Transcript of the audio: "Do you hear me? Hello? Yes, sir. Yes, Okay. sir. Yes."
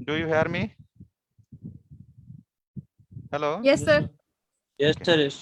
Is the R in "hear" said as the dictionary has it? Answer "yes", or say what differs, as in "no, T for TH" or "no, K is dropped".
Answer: yes